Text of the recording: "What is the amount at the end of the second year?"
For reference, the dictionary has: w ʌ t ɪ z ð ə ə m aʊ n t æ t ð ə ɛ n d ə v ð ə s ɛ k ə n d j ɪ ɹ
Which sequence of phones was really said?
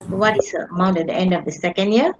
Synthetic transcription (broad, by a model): w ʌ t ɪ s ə ə m aʊ n t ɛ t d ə ɛ n d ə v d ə s ɛ k ə n d j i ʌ